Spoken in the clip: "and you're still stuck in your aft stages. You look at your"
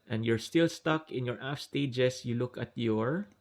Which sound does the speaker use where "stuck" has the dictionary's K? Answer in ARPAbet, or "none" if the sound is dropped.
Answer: K